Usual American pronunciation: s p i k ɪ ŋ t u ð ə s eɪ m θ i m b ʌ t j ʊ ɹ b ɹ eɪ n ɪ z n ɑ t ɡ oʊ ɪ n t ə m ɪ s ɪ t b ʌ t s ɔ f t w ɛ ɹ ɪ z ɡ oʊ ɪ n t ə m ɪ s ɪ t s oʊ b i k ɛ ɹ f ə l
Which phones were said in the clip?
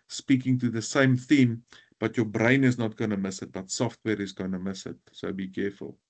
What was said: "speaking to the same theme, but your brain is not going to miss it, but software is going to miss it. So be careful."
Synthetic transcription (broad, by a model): s p i k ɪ ŋ t u ð ə s eɪ m θ i m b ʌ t j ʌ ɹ b ɹ eɪ n ɪ z n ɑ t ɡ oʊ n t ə m ɪ s ɪ t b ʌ t s ɔ f t w ɛ ɹ ɪ z ɡ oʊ n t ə m ɪ s ɪ t s oʊ b i k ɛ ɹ f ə l